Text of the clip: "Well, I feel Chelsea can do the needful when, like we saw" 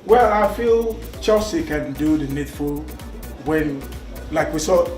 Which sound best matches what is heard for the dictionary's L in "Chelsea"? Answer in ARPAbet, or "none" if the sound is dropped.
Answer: none